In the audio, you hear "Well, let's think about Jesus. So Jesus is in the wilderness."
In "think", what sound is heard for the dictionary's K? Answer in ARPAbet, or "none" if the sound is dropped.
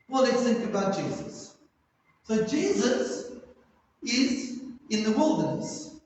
none